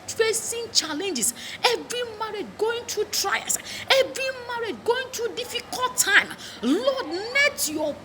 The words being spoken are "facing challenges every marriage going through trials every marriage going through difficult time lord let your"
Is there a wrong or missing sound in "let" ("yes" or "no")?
yes